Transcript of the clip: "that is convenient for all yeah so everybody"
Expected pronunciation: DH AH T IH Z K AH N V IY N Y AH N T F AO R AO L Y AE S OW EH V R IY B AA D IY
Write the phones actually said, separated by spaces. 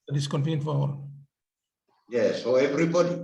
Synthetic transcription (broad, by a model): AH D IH S K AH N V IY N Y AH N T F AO W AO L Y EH S OW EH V R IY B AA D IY